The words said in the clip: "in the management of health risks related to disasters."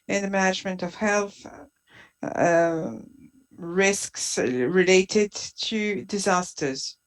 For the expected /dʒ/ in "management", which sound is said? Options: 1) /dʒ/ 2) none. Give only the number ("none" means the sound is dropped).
1